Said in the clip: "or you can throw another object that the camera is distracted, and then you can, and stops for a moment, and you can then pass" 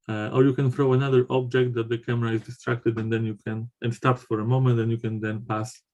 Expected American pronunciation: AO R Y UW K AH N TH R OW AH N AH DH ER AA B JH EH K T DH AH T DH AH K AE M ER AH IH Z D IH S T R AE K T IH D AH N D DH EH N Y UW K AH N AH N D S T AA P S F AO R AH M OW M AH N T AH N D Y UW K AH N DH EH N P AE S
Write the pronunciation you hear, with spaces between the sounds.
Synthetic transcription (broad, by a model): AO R Y UW K AH N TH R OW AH N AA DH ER AA B JH EH K T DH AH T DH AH K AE M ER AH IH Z D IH S T R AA K T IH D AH N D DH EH N Y UW K AH N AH N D S T AA P S F AO R AH M OW M AH N T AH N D Y UW K AH N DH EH N P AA S